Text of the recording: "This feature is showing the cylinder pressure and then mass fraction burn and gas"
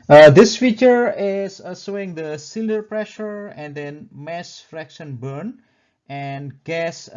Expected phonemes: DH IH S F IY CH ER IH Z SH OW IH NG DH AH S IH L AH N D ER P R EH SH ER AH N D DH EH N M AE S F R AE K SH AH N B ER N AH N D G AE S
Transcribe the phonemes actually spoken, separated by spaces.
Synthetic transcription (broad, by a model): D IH S F IY CH ER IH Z S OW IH NG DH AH S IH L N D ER P R EH SH ER AH N D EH N M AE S F R AE K SH AH N B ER N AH N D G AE S